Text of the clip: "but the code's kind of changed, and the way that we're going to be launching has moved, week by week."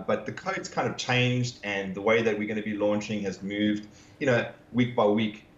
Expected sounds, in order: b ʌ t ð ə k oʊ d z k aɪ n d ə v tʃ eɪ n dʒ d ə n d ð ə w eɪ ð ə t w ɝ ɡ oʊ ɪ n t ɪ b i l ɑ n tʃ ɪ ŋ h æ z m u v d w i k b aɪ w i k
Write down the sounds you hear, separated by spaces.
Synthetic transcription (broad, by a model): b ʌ t ð ə k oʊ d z k aɪ n d ə v tʃ eɪ n dʒ d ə n ð ə w eɪ ð ə t w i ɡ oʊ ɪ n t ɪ b i l ɑ n tʃ ɪ ŋ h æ z m u v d w i k b aɪ w i k